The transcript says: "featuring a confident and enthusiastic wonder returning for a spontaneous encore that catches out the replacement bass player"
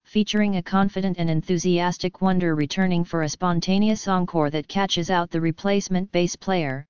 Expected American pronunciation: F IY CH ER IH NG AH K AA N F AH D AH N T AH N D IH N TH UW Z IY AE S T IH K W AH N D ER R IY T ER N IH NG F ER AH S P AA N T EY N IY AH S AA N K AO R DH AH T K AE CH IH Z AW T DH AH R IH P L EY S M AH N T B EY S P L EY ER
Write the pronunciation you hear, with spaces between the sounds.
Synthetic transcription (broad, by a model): F IY CH ER IH NG AH K AA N F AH D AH N T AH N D IH N TH UW Z IY AE S T IH K W AH N D ER R IY T ER N IH NG F ER AH S P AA N T EY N IY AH S AA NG K AO R DH AH T K AE CH IH Z AW T DH AH R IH P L EY S M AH N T B EY S P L EY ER